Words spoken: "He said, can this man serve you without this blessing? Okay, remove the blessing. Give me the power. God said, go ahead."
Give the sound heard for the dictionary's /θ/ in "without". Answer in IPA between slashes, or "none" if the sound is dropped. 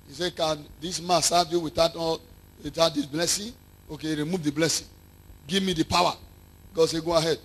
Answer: /t/